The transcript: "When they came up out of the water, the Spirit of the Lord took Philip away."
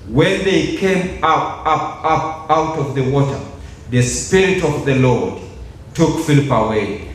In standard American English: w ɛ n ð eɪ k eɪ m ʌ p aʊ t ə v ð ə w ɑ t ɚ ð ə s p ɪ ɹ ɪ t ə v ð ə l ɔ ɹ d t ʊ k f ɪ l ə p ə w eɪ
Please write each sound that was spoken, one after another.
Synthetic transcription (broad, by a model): w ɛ n ð eɪ k eɪ m ʌ p aʊ t ə v ð ə w ɑ t ɚ ð ə s p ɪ ɹ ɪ t ə v ð ə l ɔ ɹ d t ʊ k f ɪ l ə p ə w eɪ